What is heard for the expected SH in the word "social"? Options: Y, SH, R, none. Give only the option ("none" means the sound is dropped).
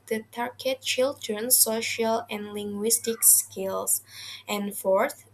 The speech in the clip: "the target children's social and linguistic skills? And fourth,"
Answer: SH